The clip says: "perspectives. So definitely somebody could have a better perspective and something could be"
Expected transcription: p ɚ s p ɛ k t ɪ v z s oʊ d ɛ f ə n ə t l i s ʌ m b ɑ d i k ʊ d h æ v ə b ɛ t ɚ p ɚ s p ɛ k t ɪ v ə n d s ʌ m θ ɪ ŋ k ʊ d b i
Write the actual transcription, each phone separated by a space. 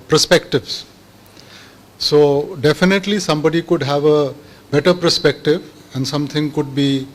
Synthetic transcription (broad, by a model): p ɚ s p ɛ k t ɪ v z s oʊ d ɛ f ə n ə t l i s ʌ m b ɑ d i k ʊ d h æ v ə b ɛ t ɚ p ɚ s p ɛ k t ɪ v ə n d s ʌ m t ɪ ŋ k ʊ d b i